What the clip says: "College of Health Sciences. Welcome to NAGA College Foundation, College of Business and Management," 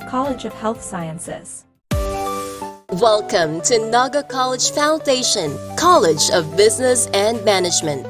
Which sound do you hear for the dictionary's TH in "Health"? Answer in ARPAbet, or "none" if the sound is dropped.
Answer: TH